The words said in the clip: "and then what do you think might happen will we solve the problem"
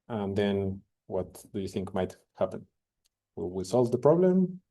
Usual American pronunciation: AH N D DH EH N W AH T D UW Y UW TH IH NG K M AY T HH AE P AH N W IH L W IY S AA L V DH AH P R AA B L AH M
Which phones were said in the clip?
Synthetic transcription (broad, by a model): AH N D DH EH N W AH T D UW Y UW TH IH NG K M AY T HH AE P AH N W IH L W IY S AA L V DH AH P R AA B L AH M